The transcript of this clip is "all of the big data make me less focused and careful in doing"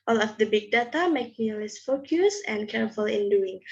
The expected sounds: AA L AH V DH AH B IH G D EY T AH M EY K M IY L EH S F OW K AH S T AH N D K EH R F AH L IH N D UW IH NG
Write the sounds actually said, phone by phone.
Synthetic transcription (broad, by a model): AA L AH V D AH B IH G D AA T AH M EY K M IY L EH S F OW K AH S AH N K EH R F AH L IH N D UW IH NG